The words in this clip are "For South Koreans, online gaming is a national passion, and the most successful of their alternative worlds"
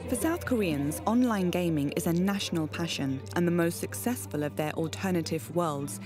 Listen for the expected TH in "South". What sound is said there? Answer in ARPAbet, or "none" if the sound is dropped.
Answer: TH